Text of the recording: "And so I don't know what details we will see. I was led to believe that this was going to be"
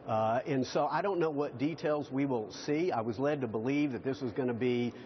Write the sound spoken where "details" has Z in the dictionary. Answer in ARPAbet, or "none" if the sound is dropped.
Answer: Z